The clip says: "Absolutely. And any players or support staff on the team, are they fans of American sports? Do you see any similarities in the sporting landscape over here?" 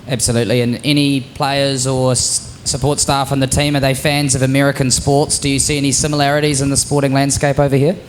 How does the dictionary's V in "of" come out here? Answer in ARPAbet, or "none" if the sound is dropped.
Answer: V